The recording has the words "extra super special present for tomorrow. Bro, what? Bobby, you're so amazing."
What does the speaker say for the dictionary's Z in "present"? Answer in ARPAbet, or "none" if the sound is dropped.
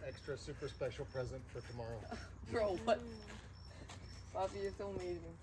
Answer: Z